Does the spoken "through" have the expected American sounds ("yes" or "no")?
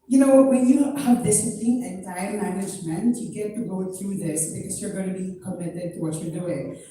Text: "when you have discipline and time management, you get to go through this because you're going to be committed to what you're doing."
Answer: no